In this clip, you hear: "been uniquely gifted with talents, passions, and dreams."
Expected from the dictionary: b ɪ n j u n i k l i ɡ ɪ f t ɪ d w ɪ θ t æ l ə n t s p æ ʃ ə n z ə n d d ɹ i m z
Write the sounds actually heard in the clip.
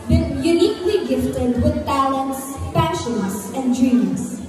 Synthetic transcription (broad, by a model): b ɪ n j u n i k l i ɡ ɪ f t ɪ d w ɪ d t æ l ə n t s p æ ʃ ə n s ə n d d ɹ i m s